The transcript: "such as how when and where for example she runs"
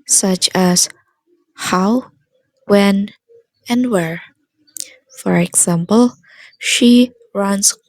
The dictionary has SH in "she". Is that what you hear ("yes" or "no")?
yes